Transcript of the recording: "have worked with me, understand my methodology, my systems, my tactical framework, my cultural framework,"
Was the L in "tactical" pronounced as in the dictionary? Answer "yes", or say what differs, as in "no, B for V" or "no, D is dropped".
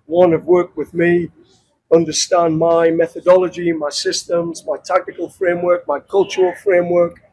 yes